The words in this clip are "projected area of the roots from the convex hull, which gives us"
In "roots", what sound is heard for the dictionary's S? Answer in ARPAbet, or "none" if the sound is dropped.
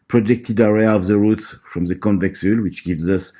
S